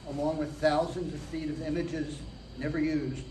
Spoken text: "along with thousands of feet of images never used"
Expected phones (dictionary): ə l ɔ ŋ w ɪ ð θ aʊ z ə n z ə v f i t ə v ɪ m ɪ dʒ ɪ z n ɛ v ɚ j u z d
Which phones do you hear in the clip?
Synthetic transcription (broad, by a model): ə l ɔ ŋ w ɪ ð θ aʊ z ə n z ə v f i t ə v ɪ m ɪ dʒ ɪ z n ɛ v ɚ j u z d